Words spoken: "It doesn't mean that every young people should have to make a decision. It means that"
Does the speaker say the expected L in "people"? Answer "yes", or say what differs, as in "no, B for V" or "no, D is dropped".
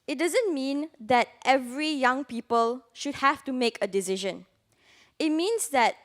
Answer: yes